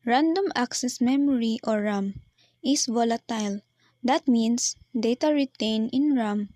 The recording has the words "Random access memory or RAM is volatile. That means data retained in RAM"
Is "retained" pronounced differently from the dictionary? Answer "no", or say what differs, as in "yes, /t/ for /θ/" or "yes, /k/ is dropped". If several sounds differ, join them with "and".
yes, /d/ is dropped